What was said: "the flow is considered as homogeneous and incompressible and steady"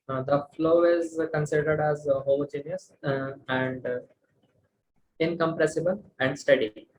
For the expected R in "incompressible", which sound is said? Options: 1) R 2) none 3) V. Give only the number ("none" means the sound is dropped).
1